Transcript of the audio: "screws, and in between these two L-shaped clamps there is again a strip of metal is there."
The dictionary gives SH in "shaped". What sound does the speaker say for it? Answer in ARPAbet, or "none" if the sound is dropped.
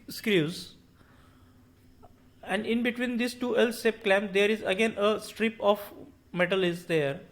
S